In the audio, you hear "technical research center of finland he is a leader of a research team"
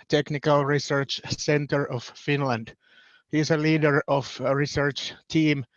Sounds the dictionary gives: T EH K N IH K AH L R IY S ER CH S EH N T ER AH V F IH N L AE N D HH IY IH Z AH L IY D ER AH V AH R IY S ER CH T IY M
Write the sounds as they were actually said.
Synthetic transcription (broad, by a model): T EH K N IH K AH L R IY S ER CH S EH N T ER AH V F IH N L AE N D HH IY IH S AH L IY D ER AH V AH R IY S ER CH T IY M